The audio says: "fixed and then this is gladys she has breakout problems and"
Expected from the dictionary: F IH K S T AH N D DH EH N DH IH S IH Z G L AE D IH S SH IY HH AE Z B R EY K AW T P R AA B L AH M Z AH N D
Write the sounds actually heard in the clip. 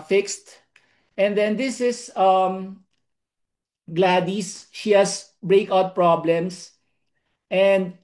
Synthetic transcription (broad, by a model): F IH K S T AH N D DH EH N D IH S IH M G L AE D IH S SH IY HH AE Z B R EY K AW T P R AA B L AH M S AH N D